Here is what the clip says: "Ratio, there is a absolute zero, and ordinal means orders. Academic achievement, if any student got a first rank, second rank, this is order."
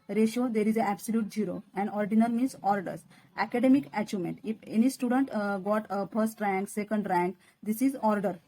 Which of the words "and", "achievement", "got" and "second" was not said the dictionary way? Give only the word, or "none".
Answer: achievement